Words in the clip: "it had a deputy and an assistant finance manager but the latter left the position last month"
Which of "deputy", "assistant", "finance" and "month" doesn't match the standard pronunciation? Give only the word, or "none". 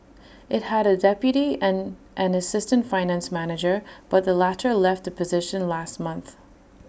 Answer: none